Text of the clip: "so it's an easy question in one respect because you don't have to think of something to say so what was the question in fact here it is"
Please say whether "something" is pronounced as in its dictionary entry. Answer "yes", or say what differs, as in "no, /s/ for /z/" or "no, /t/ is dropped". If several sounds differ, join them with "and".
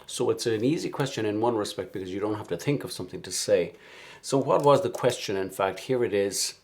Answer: yes